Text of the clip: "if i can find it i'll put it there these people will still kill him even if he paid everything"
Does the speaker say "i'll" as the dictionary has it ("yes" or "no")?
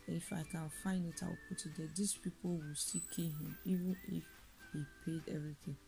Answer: no